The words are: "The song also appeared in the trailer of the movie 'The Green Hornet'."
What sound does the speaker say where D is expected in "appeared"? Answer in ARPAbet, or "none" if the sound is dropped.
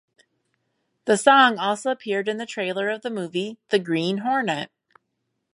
D